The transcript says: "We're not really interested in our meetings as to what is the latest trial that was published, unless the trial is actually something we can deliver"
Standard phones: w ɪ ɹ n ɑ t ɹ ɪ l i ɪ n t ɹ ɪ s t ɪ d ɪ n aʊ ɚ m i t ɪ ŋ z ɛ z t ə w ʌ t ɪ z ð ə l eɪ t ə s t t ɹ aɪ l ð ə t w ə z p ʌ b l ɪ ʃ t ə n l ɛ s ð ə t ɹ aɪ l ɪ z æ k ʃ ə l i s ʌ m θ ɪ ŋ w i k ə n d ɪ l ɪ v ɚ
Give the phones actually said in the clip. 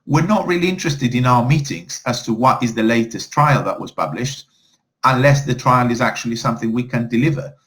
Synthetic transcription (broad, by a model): w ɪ ɹ n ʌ t ɹ ɪ l i ɪ n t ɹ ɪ s t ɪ d ɪ n aʊ ɚ m i t ɪ ŋ z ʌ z t ə w ʌ t ɪ z ð ə l eɪ t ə s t t ɹ aɪ l ð ə t w ə z p ʌ b l ɪ ʃ t ə n l ɛ s ð ə t ɹ aɪ l ɪ z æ k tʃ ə l i s ʌ m θ ɪ ŋ w i k ə n d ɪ l ɪ v ɚ